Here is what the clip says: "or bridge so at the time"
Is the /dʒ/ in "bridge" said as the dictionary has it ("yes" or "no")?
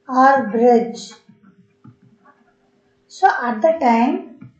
yes